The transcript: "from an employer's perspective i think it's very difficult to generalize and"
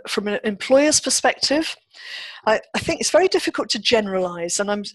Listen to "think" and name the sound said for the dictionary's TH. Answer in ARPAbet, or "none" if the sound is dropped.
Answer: TH